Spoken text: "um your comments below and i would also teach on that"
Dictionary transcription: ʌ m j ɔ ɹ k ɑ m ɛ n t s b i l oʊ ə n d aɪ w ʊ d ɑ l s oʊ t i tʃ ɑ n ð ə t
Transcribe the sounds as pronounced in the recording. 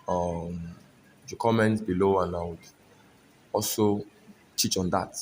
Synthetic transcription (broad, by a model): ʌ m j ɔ k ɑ m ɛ n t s b i l oʊ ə n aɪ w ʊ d ɑ l s oʊ t i tʃ ɑ n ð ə t